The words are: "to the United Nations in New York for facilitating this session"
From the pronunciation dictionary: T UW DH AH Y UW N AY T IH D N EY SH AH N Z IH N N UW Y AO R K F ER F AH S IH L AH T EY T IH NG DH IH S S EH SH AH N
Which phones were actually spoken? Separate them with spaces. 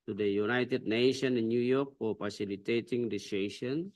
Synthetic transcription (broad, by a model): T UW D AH Y UW N AY T IH D N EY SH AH N IH N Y UW Y AO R K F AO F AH S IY L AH T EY T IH NG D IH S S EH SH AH N